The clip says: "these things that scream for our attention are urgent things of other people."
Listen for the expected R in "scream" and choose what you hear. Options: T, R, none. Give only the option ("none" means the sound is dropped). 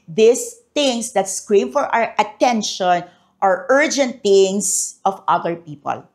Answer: R